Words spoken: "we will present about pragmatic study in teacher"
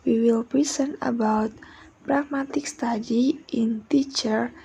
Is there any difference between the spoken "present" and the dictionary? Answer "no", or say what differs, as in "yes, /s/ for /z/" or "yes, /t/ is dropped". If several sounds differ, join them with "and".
yes, /t/ is dropped